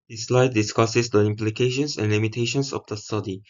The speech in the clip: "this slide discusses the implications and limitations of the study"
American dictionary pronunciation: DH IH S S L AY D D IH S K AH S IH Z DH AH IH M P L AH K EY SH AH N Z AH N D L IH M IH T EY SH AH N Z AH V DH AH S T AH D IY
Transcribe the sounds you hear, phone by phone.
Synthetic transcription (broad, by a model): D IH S S L AY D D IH S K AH S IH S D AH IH M P L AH K EY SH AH N S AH N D L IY M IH T EY SH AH N S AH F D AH S T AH D IY